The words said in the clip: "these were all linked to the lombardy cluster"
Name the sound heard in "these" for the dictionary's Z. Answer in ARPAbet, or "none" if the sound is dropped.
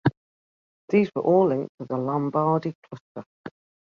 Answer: Z